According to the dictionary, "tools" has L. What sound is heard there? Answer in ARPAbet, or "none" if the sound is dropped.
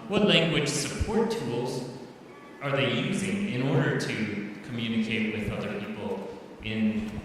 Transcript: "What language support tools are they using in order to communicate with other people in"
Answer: L